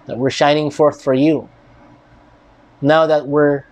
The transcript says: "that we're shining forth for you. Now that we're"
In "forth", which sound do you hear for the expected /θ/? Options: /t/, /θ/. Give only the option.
/θ/